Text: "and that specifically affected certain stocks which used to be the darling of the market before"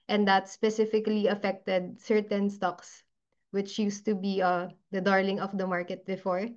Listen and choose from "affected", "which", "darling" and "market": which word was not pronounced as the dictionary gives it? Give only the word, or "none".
none